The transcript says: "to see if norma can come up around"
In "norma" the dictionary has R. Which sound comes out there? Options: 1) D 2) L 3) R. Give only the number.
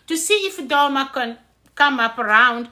2